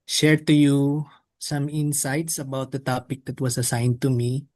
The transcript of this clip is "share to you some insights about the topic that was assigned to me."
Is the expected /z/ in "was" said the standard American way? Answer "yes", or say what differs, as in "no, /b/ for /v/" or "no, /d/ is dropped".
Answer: no, /s/ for /z/